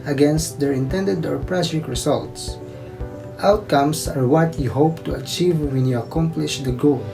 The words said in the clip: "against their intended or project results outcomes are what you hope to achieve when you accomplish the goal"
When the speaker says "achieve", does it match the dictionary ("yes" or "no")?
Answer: yes